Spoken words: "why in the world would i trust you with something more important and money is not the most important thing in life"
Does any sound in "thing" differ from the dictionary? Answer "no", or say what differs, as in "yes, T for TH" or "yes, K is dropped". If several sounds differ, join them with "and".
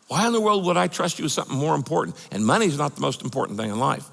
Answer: no